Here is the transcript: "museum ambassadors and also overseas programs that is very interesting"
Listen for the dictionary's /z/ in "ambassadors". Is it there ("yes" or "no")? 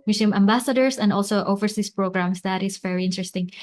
no